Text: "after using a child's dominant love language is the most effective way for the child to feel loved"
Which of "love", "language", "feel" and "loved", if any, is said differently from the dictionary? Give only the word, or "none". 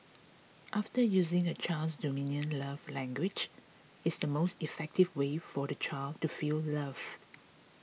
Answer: loved